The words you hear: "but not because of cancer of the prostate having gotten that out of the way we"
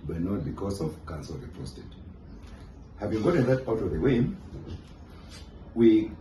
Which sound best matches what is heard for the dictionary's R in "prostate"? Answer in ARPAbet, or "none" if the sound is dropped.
none